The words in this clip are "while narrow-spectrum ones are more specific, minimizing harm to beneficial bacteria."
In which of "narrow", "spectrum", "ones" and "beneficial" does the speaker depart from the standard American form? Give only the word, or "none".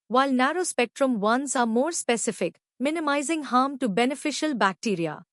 ones